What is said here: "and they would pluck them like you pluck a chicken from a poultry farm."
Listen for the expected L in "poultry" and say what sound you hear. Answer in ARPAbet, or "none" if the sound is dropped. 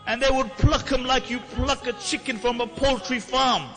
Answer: L